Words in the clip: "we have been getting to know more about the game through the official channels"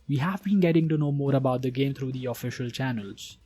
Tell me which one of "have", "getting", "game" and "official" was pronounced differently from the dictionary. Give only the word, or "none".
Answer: none